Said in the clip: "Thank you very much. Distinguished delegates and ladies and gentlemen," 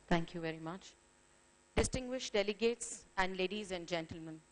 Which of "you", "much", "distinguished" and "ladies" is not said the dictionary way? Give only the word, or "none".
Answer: none